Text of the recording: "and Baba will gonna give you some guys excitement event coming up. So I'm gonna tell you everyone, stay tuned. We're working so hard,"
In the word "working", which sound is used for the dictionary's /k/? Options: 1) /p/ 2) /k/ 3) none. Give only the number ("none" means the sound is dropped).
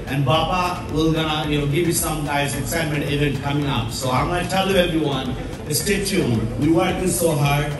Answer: 3